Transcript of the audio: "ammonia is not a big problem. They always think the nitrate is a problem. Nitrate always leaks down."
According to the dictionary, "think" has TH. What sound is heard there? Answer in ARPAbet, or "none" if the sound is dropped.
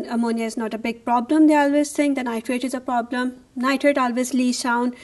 S